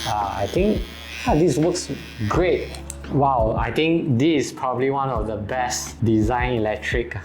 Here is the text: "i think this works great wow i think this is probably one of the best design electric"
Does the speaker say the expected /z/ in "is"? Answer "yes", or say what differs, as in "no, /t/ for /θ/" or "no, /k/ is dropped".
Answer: no, /s/ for /z/